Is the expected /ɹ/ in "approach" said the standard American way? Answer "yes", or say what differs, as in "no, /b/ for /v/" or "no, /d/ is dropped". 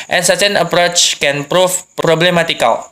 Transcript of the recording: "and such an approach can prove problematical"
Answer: yes